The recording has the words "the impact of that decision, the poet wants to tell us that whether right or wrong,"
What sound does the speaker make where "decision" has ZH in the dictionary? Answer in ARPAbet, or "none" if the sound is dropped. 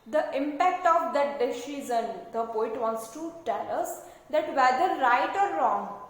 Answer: Z